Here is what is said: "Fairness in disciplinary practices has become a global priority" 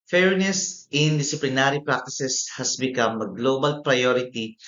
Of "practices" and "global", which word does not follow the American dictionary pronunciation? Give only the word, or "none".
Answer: practices